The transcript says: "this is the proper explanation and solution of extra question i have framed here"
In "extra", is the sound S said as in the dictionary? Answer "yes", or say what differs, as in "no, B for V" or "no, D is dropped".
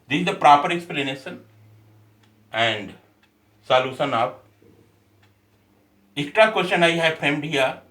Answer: no, S is dropped